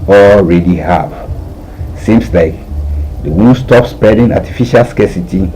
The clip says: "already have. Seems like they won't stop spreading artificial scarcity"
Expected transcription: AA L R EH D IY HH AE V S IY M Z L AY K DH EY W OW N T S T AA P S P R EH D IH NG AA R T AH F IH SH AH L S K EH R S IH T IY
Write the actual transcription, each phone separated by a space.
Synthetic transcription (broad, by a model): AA L R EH D IY HH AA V S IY M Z L AY K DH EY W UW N S T AA P S P EH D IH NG AA T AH F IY SH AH L S K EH S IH T IY